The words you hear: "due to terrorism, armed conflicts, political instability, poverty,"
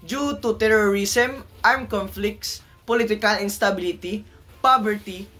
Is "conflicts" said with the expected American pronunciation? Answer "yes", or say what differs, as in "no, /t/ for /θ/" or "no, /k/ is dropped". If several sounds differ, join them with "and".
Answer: yes